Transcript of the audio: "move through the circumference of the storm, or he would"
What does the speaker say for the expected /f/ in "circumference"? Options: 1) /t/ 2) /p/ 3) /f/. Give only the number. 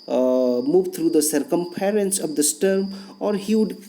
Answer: 2